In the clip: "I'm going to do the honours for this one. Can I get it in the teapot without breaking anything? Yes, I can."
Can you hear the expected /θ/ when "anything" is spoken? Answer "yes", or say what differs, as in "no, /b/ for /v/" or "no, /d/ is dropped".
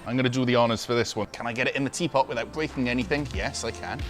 yes